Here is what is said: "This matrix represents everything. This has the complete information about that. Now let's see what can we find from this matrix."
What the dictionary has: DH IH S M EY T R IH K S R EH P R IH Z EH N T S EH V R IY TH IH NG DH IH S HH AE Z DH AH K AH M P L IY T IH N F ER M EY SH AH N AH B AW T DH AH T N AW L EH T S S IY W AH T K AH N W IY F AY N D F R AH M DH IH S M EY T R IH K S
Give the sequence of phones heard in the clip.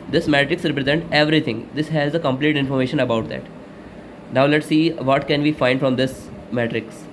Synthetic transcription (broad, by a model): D IH S M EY T R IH K S R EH P R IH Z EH N T EH V R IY T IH NG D IH S HH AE Z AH K AH M P L IY T IH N F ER M EY SH AH N AH B AW T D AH T N AW L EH T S S IY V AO T K AH N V IY F AY N D F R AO M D IH S M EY T R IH K S